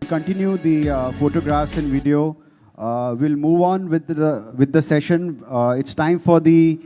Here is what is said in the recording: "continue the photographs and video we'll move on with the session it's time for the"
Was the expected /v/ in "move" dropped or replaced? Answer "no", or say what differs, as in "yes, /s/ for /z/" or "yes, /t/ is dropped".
no